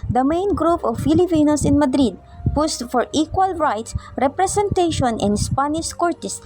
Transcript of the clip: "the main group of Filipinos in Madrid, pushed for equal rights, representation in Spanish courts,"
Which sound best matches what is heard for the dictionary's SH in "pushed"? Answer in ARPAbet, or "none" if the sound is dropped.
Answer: S